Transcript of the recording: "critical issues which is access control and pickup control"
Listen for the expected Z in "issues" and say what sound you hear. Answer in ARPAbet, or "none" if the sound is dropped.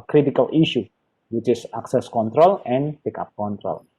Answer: none